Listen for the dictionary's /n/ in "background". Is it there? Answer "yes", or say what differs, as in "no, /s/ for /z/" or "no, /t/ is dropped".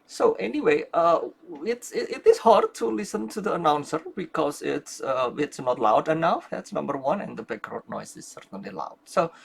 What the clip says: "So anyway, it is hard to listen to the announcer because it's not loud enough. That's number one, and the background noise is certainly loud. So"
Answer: no, /n/ is dropped